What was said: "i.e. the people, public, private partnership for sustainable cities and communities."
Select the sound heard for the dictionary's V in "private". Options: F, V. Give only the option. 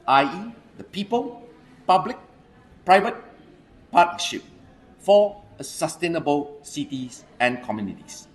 V